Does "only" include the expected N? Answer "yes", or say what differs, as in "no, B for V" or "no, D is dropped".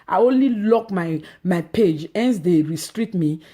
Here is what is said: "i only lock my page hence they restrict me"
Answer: yes